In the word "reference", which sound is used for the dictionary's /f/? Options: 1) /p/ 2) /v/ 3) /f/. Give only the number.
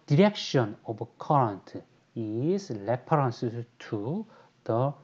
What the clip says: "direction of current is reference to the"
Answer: 1